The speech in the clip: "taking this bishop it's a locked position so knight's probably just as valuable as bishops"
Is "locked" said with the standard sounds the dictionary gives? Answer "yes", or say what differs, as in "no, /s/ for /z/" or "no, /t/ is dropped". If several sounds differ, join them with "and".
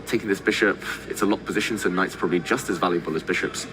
no, /k/ is dropped